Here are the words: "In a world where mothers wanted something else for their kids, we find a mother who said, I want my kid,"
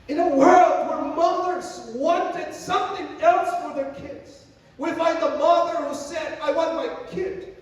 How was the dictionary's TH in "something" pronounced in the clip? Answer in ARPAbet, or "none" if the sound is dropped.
TH